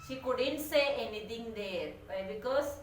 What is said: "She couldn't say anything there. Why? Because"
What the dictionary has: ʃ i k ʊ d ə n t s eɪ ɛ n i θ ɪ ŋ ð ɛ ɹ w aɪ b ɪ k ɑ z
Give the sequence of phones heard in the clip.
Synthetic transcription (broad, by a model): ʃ i k ʊ d ə n t s eɪ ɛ n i t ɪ ŋ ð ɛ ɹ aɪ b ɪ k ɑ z